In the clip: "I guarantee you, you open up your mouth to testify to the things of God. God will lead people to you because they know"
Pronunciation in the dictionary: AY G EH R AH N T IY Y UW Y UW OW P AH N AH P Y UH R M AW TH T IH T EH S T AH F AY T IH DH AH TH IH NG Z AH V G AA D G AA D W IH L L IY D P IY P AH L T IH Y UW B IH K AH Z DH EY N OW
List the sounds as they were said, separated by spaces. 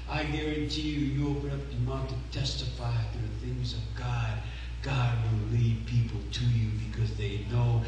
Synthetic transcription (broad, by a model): AY G EH R AH N T IY Y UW Y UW OW P AH N AH P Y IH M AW T IH T EH S T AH F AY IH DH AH TH IH NG Z AH V G AA D G AA D W IH L L IY D P IY P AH L T IH Y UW B IH K AH Z DH EY N OW